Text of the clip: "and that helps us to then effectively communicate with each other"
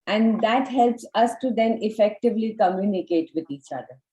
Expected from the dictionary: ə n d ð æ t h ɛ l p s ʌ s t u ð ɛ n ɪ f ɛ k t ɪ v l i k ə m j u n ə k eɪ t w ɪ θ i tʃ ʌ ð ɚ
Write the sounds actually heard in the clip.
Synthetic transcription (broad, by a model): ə n d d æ t h ɛ l p s ʌ s t u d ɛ n ɪ f ɛ k t ɪ v l i k ə m j u n ə k eɪ t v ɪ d i tʃ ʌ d ɚ